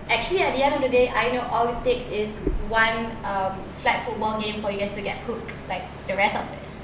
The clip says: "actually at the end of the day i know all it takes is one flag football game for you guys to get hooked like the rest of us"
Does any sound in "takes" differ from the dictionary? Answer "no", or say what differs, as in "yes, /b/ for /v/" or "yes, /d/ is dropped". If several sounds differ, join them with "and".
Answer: no